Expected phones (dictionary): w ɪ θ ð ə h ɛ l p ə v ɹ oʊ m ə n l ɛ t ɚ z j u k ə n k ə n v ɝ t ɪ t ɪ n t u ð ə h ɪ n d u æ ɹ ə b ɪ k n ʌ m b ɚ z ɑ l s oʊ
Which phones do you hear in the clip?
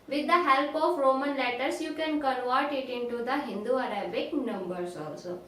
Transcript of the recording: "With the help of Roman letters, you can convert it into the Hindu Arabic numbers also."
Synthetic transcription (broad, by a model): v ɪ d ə h ɛ l p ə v ɹ oʊ m ə n l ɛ t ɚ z j u k ə n k ə n v ɝ t ɪ t ɪ n t u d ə h ɪ n d u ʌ ɹ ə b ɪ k n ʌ m b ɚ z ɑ l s oʊ